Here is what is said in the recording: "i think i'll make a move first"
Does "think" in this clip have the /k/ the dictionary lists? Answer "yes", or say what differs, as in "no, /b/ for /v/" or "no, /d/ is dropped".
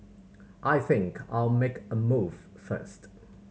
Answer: yes